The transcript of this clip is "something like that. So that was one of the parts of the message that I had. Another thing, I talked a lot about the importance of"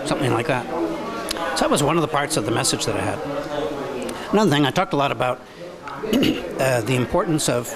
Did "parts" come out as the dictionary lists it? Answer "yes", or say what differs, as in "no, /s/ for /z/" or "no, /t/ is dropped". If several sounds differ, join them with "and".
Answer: yes